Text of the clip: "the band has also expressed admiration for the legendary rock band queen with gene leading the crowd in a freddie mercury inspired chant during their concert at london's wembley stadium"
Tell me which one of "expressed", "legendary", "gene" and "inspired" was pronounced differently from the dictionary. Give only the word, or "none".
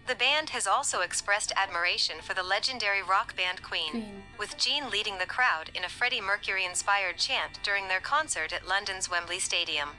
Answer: none